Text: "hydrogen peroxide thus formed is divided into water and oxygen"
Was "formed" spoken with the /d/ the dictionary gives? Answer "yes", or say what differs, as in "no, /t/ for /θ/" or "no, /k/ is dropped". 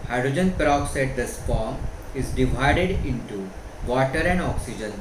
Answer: no, /d/ is dropped